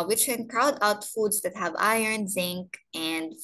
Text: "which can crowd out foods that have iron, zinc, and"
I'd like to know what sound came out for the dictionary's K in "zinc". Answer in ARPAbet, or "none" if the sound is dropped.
K